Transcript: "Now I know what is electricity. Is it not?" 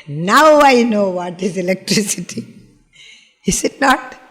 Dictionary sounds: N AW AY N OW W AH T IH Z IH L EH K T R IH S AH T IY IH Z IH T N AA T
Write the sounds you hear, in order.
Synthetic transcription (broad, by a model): N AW AY N OW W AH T IH Z IH L EH K T R IH S AH T IY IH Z IH T N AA T